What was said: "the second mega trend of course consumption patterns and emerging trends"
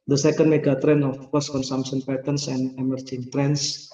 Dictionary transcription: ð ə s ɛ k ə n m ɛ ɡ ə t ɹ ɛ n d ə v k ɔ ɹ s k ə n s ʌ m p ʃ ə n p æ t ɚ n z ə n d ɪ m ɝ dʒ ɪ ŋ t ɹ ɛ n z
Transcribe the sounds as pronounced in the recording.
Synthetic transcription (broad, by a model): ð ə s ɛ k ə n m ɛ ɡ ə t ɹ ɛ n ə f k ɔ s k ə n s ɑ m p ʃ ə n p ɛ t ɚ n s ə n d ɪ m ɝ dʒ ɪ ŋ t ɹ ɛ n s